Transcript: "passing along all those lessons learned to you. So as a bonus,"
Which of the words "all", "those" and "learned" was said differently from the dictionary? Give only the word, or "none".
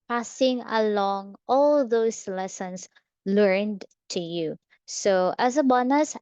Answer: those